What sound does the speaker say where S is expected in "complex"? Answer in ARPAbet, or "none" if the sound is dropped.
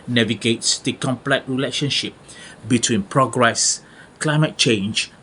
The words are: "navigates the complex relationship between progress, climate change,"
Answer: none